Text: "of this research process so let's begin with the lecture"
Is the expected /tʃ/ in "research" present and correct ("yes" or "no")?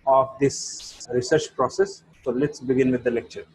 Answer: yes